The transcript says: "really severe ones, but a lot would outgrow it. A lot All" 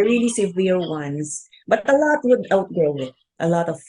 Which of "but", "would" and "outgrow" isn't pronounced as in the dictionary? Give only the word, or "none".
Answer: outgrow